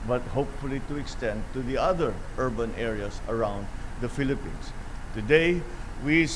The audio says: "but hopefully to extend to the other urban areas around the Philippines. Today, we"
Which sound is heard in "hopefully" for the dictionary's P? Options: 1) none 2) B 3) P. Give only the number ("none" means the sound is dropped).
3